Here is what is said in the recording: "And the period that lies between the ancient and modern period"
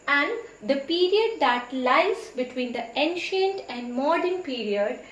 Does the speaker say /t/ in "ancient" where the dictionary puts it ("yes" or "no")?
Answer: yes